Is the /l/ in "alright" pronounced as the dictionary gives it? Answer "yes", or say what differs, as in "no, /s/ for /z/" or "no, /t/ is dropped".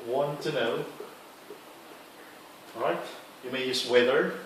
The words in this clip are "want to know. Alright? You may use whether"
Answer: no, /l/ is dropped